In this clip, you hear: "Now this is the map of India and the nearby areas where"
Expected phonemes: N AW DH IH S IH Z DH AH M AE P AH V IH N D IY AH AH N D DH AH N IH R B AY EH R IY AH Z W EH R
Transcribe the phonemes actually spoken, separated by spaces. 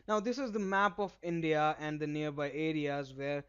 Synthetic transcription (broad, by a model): N AW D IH S IH Z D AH M AE P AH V IH N D IY AH AH N D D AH N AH R B AY EH R IY AH Z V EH R